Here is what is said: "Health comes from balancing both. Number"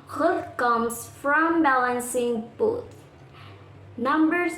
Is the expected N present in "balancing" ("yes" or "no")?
yes